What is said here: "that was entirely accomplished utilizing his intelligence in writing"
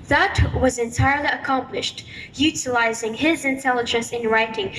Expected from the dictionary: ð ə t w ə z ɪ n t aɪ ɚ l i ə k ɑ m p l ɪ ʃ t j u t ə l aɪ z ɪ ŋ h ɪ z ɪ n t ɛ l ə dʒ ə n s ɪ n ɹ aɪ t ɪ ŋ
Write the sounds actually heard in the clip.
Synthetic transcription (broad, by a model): ð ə t w ə z ɪ n t aɪ ɚ l i ə k ɑ m p l ɪ ʃ t j u t ə l aɪ z ɪ ŋ ɪ z ɪ n t ɛ l ə dʒ ə n s ɪ n ɹ aɪ t ɪ ŋ